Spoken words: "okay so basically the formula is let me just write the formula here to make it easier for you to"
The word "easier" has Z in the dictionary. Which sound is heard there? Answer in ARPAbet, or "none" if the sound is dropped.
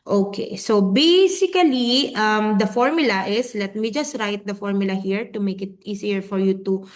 S